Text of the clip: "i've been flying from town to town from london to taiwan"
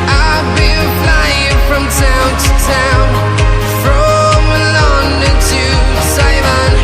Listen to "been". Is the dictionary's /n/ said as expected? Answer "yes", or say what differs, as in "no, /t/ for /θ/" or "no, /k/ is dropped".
no, /l/ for /n/